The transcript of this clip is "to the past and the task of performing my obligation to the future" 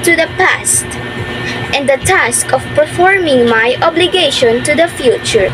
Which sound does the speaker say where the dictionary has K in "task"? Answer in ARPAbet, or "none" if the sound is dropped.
K